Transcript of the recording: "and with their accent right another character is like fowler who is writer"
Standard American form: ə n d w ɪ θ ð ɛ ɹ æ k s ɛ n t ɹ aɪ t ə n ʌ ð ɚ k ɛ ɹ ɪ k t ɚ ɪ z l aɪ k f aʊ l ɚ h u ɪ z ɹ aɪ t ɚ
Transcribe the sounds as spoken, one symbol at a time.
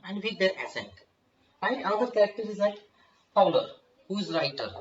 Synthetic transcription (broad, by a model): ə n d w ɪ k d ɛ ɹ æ s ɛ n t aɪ ə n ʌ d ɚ k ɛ ɹ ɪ k t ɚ ɪ z l aɪ k p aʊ l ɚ h u ɪ z ɹ aɪ t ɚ